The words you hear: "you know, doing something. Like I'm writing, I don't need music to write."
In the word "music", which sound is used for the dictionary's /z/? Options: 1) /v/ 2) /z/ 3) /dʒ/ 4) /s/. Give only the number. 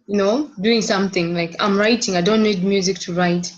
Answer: 2